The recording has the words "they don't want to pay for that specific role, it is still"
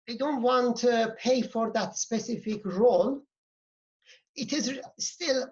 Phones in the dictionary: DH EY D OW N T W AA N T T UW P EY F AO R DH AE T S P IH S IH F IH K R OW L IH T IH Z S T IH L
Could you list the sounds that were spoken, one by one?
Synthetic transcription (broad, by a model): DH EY D OW N T W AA N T T UW P EY F AO R DH AE T S P IH S IH F IH K R OW L IH T IH Z S T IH L